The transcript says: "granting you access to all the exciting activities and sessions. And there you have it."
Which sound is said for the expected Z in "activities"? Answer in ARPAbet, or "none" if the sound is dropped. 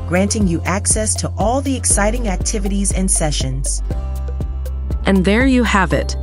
Z